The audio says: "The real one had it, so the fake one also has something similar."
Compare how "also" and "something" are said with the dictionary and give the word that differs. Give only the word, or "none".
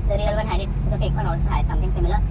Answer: something